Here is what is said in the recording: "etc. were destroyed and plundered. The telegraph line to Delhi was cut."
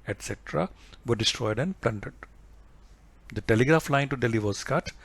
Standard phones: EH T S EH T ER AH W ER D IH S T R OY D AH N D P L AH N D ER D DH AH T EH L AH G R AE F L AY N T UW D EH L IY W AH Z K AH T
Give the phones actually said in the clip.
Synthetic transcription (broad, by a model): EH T S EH T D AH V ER D IH S T R OY D AH N D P L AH N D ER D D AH T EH L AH G R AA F L AY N T UW D EH L IY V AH S K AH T